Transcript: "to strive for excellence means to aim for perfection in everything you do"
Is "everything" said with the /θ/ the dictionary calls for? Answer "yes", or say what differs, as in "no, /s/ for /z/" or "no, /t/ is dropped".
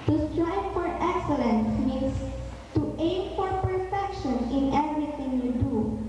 no, /t/ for /θ/